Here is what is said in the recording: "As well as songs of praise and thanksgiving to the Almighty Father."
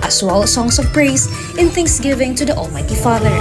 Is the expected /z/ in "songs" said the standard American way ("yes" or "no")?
no